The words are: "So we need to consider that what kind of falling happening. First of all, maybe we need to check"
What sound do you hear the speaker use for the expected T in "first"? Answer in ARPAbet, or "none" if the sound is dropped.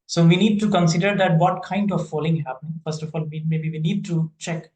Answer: T